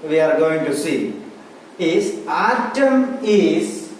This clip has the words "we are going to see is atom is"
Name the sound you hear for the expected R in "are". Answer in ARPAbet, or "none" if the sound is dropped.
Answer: R